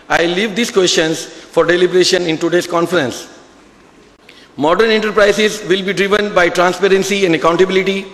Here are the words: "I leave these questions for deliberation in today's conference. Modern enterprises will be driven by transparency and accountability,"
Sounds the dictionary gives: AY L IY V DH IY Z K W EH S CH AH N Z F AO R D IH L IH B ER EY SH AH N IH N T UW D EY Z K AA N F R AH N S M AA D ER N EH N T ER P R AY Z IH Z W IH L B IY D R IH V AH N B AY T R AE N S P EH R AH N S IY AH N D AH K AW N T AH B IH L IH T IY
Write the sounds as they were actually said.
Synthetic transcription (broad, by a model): AY L IY V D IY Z K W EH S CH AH N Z F AO R D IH L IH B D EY SH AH N IH N T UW D EY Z K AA N F R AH N S M AA D ER N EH N T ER P R AY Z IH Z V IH L B IY D R IH V AH N B AY T R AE N S P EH R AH N S IY AH N D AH K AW N T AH B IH L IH T IY